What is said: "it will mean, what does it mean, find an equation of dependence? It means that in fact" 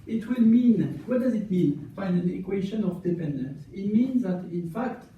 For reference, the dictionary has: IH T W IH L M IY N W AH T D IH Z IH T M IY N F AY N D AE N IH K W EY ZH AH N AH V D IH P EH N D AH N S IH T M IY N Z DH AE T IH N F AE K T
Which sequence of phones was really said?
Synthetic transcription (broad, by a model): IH T W IH L M IY N W AH T D IH Z IH T M IY N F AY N AE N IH K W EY SH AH N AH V D IH P EH N D AH N S IH T M IY N Z DH AE T IH N F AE K T